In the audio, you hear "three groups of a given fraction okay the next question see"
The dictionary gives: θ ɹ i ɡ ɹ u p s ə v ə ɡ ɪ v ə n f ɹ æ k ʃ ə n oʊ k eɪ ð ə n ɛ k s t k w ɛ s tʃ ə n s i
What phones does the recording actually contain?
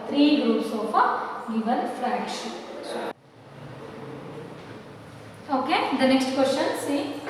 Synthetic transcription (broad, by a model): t ɹ i ɡ ɹ u p s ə f ə ɡ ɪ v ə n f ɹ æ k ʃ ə oʊ k eɪ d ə n ɛ k s t k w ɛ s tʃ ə n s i